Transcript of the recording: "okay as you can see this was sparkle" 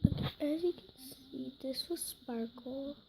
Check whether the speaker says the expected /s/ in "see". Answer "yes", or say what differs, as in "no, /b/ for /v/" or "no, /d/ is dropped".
yes